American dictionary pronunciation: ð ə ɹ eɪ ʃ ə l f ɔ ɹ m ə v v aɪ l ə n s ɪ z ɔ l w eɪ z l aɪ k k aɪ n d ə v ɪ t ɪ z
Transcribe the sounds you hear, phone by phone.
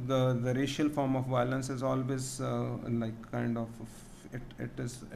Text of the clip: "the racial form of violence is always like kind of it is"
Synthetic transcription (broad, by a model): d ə ɹ eɪ ʃ ə l f ɔ ɹ m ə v v aɪ l ə n s ɪ z ɔ l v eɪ z l aɪ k k aɪ n d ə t ɪ t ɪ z